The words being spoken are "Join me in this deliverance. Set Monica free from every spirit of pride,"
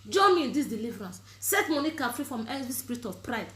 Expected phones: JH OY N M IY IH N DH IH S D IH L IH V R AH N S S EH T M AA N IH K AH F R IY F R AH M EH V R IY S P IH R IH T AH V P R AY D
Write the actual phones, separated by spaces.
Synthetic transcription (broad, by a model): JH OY M IY IH N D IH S D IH L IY V R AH N S S EH T M AA N IH K AH F R IY F R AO M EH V IY S P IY R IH T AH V P R AY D